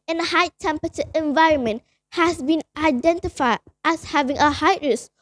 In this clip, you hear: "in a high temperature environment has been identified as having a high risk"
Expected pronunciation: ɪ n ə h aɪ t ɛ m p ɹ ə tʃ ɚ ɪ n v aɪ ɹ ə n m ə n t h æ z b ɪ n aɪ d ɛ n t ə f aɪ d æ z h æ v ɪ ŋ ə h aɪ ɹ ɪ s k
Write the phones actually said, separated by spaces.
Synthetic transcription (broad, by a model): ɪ n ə h aɪ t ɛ m p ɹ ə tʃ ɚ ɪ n v aɪ ɹ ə n m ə n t h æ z b ɪ n aɪ d ɛ n t ə f aɪ d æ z h æ v ɪ ŋ ə h aɪ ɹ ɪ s